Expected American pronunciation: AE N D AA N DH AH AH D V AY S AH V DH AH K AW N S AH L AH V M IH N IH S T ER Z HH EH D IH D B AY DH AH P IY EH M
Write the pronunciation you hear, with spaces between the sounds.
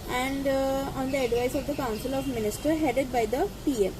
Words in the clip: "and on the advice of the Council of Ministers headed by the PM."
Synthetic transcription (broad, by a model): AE N D AA N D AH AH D V AY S AH V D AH K AW N S AH L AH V M IH N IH S T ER HH EH D IH D B AY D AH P IY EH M